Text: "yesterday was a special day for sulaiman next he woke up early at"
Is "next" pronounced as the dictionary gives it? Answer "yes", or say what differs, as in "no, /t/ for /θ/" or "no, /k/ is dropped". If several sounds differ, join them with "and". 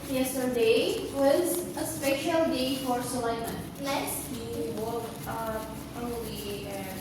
no, /l/ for /n/ and /k/ is dropped